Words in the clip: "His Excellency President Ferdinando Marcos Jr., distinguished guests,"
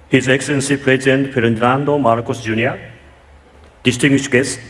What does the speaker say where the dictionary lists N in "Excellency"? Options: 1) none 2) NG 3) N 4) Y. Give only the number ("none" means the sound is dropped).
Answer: 3